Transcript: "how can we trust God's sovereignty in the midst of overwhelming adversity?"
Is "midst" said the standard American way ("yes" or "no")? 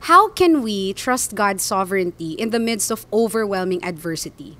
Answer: yes